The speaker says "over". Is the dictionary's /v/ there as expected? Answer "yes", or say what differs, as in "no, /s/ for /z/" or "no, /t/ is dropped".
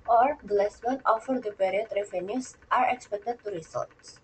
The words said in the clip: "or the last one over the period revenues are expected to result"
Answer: no, /f/ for /v/